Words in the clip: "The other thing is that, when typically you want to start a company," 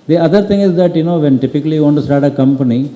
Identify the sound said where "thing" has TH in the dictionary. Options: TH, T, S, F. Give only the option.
T